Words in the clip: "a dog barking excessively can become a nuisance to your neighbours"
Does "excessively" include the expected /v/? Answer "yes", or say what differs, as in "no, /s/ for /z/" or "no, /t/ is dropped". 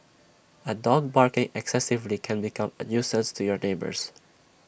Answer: yes